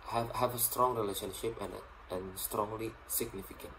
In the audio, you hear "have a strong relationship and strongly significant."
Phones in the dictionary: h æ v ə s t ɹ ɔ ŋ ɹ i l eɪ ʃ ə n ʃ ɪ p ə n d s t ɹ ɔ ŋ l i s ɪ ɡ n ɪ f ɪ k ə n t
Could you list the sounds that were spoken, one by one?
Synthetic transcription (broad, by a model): h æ v ə s t ɹ ɔ ŋ ɹ i l eɪ ʃ ə n ʃ ɪ p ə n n s t ɹ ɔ ŋ l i s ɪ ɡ n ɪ f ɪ k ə n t